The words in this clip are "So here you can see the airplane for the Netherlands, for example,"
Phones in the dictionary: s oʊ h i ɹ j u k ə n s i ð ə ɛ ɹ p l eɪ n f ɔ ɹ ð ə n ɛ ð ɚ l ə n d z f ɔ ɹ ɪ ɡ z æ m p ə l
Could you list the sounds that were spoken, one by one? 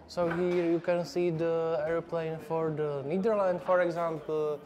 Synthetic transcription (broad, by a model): s oʊ h i ɹ j u k ə n s i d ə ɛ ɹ p l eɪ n f ɔ ɹ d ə n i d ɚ l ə n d f ɔ ɹ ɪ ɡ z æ m p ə l